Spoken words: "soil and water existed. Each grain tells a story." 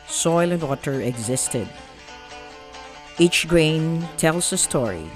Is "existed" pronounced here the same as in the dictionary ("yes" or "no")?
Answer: yes